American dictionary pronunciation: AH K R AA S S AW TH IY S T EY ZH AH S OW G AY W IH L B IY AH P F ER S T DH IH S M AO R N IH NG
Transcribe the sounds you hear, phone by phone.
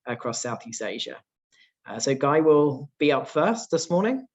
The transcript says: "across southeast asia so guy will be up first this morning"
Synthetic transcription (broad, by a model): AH K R AA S S AW TH IY S T EY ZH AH S OW G AY W IH L B IY AH P F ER S T DH IH S M AO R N IH NG